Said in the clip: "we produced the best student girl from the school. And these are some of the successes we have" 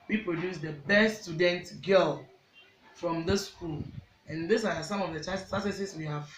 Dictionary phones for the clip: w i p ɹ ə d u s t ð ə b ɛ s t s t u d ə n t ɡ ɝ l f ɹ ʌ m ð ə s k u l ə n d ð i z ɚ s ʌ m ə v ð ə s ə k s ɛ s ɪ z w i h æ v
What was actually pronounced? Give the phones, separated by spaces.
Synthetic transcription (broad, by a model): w i p ɹ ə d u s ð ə b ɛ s s t u d ə n t ɡ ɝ l f ɹ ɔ m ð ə s k u l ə n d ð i s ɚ s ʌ m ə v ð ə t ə s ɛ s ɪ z w i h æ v